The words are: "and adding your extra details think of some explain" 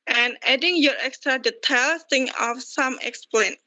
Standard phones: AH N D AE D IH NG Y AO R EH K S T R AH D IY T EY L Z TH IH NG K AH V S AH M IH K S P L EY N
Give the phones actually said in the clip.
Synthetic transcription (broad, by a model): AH N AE D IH NG Y AO R EH K S T R AH D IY T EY L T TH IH NG AH F S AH M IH K S P L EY N